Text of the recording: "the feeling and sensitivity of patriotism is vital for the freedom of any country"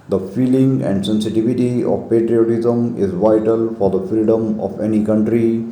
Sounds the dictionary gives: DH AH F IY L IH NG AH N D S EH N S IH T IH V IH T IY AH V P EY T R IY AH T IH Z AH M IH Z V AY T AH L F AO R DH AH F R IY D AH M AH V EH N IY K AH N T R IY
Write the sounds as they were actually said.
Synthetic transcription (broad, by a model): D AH F IY L IH NG AH N D S EH N S IH T IH V IH T IY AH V P EY T R IY AH T IH Z AH M IH Z V AY T AH L F AO R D AH F R IY D AH M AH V EH N IY K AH N T R IY